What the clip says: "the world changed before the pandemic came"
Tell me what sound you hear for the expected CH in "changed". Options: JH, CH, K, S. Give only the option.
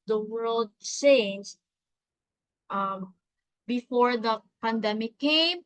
S